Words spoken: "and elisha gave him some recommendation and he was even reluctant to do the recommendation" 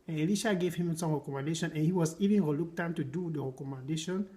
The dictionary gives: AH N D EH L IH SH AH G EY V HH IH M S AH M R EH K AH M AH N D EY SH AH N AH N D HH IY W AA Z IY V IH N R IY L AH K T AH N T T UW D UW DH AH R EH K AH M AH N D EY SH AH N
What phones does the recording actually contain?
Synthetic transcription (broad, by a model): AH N EH L IH SH AH G EY V HH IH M S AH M R EH K AH M AH N D EY SH AH N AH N HH IY W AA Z IY V IH N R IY L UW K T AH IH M T UW D UW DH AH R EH K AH M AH N D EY SH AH N